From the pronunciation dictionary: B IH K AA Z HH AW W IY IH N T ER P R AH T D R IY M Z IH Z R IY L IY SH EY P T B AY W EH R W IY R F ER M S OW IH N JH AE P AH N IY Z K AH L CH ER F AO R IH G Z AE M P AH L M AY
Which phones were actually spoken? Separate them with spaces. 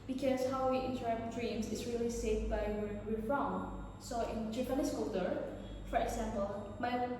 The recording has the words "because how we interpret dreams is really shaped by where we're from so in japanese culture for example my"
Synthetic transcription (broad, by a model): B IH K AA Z HH AW W IY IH N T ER R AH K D R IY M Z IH S R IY L IY S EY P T B AY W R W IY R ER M S OW IH N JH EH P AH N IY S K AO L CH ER F AO R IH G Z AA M P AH L M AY